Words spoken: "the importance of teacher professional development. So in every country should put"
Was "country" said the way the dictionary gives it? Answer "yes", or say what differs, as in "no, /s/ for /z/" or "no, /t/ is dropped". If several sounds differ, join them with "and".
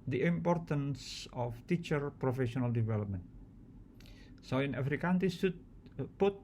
no, /ɹ/ is dropped